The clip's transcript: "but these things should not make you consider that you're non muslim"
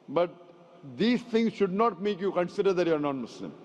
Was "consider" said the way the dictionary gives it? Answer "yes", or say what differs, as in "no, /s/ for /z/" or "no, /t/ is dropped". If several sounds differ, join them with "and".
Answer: yes